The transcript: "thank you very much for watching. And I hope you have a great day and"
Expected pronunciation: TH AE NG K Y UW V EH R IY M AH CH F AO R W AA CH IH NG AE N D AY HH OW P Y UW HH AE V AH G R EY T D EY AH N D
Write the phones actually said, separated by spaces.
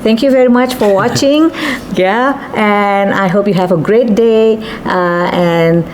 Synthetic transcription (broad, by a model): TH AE NG K Y UW V EH R IY M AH CH F AO R W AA CH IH NG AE N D AY HH OW P Y UW HH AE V AH G R EY T D EY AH N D